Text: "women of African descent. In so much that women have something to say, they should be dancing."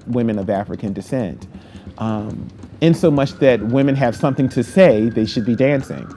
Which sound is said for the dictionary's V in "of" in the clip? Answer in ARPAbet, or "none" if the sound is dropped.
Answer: V